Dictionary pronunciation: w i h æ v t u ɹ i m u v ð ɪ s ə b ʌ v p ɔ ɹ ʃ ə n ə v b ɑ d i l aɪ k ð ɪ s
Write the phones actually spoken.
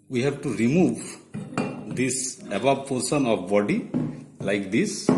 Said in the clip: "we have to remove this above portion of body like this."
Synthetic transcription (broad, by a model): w i h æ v t u ɹ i m u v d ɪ s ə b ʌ b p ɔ ɹ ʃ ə n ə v b ɑ d i l aɪ k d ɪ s